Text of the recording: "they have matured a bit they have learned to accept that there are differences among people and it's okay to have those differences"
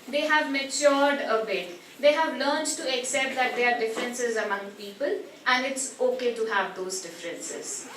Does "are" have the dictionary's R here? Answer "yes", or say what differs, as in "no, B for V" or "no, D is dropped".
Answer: yes